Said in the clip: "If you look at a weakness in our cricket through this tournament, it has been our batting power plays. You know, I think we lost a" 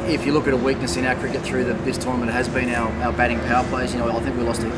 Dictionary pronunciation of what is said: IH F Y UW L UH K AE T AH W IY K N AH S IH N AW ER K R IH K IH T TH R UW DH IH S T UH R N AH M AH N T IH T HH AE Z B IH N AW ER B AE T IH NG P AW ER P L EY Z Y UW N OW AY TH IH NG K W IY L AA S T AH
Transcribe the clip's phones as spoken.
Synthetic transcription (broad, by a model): IH F Y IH L UH K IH T AH W IY K N AH S IH N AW K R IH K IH T TH R UW DH IH S T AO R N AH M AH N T IH T HH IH Z B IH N AW ER B AE T IH NG P AW ER P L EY S Y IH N OW AY TH IH NG K W IY L AA S T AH